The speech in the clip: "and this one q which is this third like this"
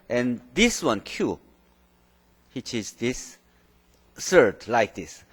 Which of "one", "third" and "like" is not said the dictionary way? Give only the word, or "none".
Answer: third